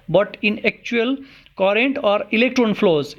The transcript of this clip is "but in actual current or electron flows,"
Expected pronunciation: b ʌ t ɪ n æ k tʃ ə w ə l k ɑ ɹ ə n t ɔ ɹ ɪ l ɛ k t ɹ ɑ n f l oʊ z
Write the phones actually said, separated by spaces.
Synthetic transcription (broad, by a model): b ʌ t ɪ n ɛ k tʃ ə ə l k ɑ ɹ ə n t ɔ ɹ ɪ l ɛ k t ɹ ɑ n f l oʊ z